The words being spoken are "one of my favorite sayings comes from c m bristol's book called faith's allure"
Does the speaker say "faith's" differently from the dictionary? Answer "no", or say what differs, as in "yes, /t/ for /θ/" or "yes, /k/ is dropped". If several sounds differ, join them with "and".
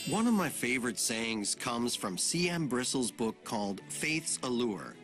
no